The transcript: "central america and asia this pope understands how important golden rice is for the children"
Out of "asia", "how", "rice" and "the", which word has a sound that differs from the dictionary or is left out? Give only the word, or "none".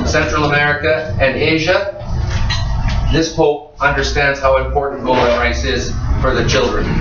none